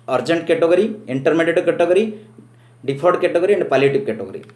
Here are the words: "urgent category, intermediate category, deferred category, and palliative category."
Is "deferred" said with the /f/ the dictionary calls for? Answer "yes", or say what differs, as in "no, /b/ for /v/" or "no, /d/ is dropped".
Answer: no, /p/ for /f/